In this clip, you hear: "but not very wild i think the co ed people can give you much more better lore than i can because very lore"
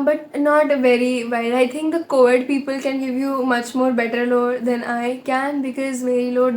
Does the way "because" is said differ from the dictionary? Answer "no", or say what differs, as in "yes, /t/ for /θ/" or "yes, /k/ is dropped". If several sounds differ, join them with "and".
no